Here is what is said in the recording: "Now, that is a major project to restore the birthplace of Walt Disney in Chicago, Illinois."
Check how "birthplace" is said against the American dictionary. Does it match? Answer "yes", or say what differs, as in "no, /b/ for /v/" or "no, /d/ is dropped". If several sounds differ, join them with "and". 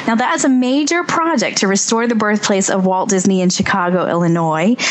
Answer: yes